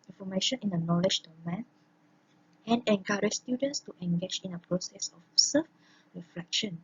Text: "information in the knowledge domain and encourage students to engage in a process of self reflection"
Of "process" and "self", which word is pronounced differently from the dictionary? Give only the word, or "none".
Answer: self